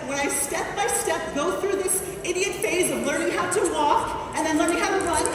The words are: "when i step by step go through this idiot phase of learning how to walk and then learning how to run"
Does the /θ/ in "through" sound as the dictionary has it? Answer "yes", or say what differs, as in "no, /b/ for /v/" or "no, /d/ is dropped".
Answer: yes